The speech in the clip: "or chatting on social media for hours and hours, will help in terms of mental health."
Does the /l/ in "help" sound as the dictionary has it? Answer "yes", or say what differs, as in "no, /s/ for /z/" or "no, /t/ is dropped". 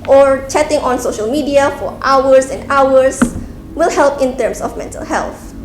yes